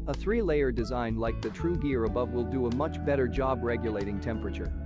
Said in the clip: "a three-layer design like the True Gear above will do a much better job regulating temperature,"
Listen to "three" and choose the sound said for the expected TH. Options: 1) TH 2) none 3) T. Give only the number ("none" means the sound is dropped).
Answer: 1